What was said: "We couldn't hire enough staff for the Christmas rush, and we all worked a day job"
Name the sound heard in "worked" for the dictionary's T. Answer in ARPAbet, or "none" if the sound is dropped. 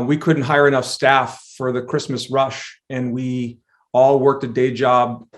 T